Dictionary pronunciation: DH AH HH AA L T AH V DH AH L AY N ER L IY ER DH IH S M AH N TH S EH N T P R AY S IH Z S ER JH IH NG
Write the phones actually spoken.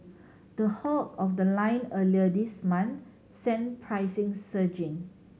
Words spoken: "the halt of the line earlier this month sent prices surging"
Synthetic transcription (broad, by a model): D AH HH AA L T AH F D AH L AY N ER L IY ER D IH S M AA N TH S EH N P R AY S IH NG S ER JH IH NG